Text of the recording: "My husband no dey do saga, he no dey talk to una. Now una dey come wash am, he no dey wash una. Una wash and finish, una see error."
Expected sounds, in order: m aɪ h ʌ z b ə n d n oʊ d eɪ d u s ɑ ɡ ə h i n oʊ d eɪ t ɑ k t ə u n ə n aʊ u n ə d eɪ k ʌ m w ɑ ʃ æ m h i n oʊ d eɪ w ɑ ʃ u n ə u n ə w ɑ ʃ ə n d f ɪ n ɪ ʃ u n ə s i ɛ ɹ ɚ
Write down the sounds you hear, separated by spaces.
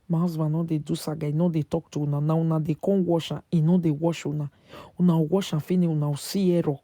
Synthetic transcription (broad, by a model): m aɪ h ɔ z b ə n n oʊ d eɪ d u s ɑ ɡ ə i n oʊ d eɪ t ɑ k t u n ə n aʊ u n ə d eɪ k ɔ w ɑ ʃ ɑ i n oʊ d eɪ w ɑ ʃ u n ə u n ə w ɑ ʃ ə f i n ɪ u n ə s i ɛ ɹ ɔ